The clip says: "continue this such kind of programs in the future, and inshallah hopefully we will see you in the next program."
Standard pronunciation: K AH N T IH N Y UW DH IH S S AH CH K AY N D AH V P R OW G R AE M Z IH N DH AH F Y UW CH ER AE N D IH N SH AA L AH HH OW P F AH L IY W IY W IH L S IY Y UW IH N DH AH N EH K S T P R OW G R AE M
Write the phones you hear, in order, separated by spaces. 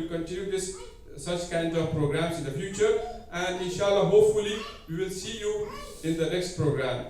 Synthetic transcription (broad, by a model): K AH N T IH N Y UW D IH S S AH CH K AY N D AH V P R OW G R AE M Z IH N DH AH F Y UW CH ER AE N D IH N SH AA L AH HH OW P F AH L IY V IY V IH L S IY Y UW IH N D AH N EH K S T P R OW G R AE M